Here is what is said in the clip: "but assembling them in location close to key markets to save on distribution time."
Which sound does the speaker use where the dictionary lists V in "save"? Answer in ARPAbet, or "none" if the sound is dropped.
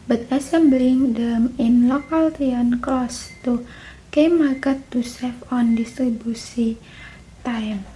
F